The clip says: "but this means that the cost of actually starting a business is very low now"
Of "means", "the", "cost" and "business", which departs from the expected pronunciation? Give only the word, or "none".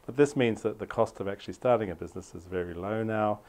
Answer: none